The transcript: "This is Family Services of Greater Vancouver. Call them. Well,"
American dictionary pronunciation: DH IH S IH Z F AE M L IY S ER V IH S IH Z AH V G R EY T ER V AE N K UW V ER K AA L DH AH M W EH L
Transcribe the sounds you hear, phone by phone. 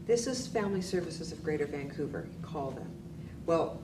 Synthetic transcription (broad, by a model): DH IH S IH Z F AE M L IY S ER V IH S IH Z AH V G R EY T ER V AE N K UW V ER K AA L DH AH M W EH L